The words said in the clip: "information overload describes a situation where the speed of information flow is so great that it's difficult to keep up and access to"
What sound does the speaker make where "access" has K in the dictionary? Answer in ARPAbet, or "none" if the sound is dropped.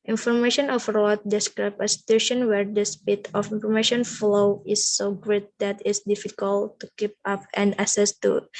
none